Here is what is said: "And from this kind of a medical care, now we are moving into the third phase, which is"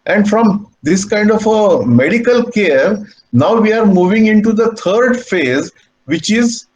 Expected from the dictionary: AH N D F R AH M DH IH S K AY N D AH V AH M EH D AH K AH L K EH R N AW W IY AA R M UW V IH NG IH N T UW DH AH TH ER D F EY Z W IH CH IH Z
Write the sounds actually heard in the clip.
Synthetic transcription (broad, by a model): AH N D F R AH M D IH S K AY N D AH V AH M EH D AH K AH L K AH R N AW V IY AA R M UW V IH NG IH N T UW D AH T ER D F EY Z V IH CH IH Z